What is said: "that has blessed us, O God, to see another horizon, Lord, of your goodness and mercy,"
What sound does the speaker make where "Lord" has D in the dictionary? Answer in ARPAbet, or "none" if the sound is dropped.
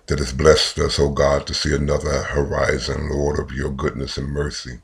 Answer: D